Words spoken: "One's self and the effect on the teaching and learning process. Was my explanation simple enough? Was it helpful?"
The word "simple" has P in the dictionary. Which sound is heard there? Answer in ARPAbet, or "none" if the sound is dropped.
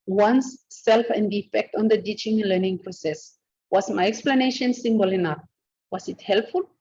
B